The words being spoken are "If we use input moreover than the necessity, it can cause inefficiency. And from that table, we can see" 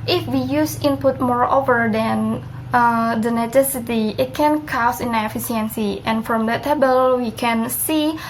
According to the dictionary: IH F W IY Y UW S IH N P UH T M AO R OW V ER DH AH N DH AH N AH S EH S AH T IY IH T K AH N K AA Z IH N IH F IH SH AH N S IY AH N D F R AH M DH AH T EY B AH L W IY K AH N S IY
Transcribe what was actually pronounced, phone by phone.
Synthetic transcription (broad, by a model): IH F W IY Y UW S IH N P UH T M AO R OW V ER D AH N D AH N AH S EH S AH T IY IH T K AH N K AA S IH N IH F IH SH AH N S IY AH N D F R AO M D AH T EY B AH L W IY K AH N S IY